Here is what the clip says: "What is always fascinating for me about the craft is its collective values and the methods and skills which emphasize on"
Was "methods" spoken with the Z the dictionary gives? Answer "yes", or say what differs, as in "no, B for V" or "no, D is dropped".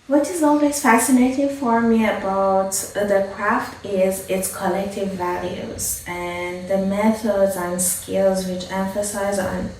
yes